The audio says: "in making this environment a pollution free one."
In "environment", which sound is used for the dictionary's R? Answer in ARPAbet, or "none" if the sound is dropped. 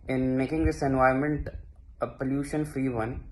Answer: none